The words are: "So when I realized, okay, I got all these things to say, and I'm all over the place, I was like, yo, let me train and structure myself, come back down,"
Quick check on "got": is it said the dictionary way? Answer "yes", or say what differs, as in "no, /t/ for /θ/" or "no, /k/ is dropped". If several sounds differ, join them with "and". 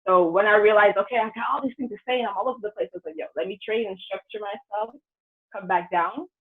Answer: no, /t/ is dropped